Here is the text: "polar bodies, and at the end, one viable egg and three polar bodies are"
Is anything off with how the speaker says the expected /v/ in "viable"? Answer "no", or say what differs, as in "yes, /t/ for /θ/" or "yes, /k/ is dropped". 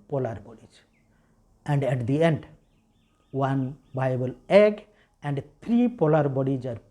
yes, /b/ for /v/